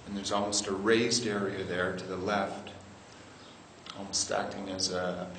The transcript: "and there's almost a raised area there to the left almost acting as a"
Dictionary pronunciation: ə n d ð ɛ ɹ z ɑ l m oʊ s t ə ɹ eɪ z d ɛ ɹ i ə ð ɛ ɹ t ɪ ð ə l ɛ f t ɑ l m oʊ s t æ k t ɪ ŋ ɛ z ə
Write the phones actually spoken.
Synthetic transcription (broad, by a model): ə n ð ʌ ɹ z ɑ l m oʊ s t ə ɹ eɪ z d ɛ ɹ i ə ð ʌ ɹ t ɪ ð ə l ɛ f t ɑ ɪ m s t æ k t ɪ ŋ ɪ z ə